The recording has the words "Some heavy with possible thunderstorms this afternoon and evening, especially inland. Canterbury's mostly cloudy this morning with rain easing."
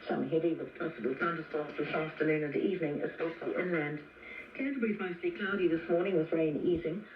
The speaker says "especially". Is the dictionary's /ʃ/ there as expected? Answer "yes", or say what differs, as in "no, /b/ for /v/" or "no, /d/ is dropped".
no, /s/ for /ʃ/